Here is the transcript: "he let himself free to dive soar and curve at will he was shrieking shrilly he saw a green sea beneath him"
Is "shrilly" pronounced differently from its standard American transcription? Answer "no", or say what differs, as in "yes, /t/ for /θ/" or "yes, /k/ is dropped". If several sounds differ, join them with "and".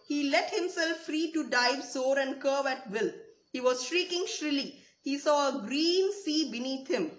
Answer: no